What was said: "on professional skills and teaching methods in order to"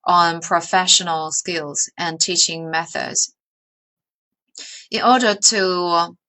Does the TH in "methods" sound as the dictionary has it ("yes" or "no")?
yes